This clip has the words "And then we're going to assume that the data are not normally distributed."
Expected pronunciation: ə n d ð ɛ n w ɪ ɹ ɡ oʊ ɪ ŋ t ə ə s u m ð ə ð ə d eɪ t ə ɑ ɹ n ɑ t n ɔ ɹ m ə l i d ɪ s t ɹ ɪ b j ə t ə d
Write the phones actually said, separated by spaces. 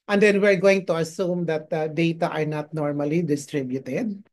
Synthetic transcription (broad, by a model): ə n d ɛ n w ɪ ɹ ɡ oʊ ɪ ŋ t ə ə s u m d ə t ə d eɪ t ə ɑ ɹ n ɑ t n ɔ ɹ m ə l i d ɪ s t ɹ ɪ b j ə t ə d